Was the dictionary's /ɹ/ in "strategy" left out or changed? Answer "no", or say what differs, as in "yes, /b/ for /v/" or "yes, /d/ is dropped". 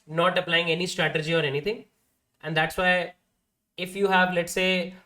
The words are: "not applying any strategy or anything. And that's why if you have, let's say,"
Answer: no